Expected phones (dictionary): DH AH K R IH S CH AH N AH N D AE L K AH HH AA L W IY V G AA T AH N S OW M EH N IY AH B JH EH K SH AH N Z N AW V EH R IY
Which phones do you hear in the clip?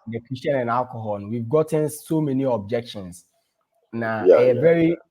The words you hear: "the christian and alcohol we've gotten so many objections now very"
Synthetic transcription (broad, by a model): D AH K IH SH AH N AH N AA L K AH HH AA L W IY V G AA T AH N S OW M EH N IY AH B JH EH K SH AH N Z N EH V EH R IY